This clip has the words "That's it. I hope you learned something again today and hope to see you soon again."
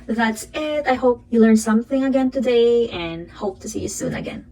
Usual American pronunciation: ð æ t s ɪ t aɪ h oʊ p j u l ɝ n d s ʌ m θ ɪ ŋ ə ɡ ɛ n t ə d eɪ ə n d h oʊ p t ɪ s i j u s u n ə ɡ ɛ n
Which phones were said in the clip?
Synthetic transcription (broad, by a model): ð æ t s ɪ t aɪ h oʊ p j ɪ l ɝ n s ʌ m θ ɪ ŋ ə ɡ ɛ n t ə d eɪ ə n h oʊ p t ɪ s i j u s u n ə ɡ ɛ n